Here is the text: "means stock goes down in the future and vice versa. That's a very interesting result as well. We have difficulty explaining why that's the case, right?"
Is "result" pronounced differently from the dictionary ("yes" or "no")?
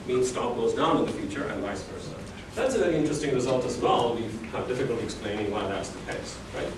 no